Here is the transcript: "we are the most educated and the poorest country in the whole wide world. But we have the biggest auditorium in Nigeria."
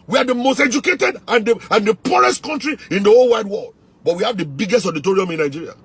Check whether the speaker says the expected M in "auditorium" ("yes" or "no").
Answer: yes